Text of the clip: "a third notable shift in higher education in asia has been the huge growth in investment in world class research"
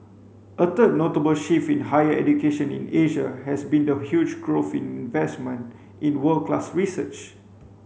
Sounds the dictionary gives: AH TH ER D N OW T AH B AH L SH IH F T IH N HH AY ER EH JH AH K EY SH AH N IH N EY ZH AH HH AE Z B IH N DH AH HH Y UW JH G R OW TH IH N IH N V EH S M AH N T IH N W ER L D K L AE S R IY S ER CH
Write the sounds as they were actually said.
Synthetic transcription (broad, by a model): AH T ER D N OW T AH B AH L SH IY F IH N HH AY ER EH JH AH K EY SH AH N IH N EY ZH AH HH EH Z B IH N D AH HH Y UW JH G R OW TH IH N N V EH S M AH N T IH N W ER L K L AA S R IY S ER CH